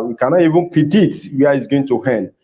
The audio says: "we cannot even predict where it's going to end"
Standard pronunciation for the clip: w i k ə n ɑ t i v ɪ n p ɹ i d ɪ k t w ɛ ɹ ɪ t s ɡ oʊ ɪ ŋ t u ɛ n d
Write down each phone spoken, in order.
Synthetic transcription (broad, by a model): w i k ə n ɑ t i v ɪ n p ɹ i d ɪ t w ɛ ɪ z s ɡ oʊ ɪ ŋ t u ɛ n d